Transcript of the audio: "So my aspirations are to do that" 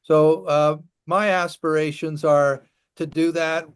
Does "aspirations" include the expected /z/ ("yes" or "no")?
yes